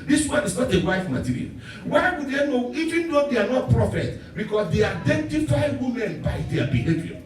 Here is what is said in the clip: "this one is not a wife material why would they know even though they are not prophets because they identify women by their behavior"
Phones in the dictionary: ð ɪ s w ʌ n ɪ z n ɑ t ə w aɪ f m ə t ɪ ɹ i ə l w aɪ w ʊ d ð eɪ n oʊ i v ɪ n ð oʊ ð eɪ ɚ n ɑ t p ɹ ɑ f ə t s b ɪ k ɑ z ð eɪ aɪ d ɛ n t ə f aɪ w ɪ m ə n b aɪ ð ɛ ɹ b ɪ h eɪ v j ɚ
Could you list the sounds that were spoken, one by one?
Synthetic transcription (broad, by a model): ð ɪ s w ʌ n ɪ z n ɑ t ə w aɪ f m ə t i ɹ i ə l w aɪ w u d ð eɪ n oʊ i v ɪ n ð oʊ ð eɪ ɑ n ɑ t p ɹ ɑ f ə t b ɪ k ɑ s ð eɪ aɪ d ɛ n t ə f aɪ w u m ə n b aɪ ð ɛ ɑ b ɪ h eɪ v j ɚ